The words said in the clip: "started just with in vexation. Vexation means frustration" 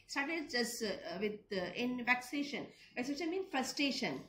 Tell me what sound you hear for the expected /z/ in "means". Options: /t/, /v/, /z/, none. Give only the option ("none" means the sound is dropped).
none